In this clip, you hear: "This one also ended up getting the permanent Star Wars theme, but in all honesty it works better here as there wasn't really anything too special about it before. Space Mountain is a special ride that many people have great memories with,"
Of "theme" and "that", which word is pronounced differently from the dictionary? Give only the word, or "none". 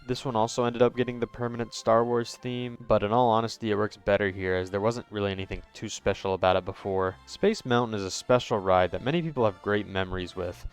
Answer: none